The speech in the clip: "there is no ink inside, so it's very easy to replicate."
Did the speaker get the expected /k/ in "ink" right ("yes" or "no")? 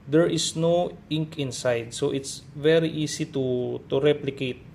yes